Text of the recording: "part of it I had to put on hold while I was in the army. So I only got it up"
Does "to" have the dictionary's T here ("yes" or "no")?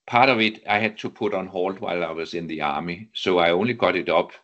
no